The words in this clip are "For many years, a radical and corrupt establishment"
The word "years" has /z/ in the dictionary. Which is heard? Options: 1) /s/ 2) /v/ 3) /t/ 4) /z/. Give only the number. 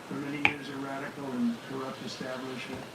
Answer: 4